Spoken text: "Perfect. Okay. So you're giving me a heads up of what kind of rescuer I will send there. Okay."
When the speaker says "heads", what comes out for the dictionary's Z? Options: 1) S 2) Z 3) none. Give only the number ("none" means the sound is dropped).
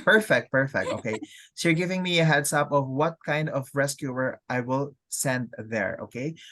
1